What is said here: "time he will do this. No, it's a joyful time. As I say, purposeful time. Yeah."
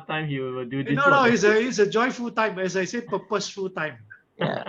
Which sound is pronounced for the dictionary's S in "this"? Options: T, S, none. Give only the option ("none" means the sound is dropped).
none